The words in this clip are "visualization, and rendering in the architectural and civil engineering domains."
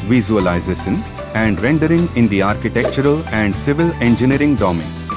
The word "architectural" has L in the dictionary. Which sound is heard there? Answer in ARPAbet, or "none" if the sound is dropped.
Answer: L